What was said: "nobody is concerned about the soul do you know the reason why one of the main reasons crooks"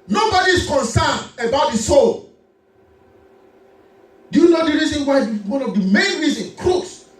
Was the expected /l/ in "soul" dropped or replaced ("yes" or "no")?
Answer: no